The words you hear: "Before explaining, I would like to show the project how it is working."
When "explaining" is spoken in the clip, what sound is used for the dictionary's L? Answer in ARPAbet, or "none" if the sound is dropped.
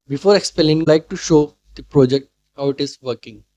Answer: none